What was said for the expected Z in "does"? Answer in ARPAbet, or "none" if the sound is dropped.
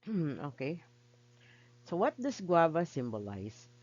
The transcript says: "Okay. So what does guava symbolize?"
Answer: S